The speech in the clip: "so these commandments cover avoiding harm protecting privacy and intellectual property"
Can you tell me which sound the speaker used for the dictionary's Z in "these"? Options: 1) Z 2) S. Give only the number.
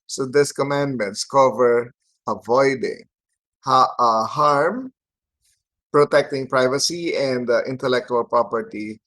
2